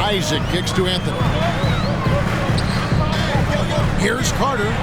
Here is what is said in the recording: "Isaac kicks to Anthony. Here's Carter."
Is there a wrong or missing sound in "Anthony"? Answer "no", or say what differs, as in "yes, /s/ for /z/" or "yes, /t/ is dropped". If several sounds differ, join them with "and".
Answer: no